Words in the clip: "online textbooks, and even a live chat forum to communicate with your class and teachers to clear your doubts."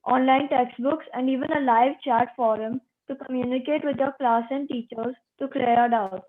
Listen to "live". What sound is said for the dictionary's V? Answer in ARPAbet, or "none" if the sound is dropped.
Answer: V